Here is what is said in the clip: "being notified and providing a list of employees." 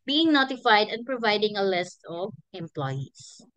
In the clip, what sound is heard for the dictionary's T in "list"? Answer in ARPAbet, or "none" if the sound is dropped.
T